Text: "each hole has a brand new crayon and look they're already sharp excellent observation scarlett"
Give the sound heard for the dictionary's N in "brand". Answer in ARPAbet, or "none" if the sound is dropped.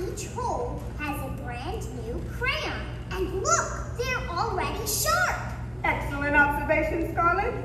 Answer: N